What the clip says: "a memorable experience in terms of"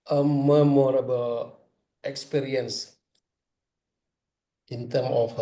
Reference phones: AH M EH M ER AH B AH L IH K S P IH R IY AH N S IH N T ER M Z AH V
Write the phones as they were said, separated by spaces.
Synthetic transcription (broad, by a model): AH M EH M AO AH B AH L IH K S P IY R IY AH N S IH N T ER M AH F